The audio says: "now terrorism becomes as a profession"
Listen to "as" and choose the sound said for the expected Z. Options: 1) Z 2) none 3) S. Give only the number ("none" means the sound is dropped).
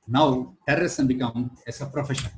3